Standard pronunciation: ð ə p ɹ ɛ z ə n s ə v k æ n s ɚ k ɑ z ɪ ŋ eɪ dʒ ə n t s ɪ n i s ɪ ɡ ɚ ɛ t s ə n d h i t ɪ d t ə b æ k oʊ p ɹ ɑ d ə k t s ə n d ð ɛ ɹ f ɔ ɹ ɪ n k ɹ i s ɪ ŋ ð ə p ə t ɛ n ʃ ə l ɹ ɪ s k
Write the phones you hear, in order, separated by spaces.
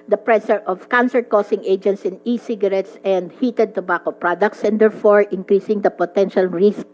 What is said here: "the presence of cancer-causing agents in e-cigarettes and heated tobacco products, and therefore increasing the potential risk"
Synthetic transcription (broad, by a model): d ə p ɹ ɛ s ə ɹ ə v k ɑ n s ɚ k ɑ s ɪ ŋ eɪ dʒ ə n t s ɪ n i s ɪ ɡ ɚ ɛ t s ə n d h i t ɪ d t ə b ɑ k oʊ p ɹ ɑ d ə k t s ə n d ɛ ɹ f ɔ ɹ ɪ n k ɹ i s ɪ ŋ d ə p ə t ɛ n ʃ ə l ɹ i s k